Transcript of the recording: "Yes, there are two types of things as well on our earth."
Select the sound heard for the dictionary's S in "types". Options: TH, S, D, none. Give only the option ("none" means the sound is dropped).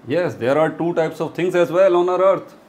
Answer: S